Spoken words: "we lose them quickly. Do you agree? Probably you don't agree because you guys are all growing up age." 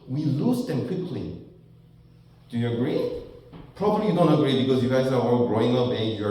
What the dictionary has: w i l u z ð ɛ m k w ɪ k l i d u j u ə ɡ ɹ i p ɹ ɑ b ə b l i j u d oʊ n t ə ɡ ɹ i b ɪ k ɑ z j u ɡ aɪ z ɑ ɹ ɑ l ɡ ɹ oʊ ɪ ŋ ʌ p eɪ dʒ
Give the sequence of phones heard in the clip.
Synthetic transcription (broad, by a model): w i l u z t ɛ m k w ɪ k l i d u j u ə ɡ ɹ i p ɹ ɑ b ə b l i j u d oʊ n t ə ɡ ɹ i b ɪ k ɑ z j u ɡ aɪ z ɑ w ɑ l ɡ ɹ oʊ ɪ ŋ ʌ b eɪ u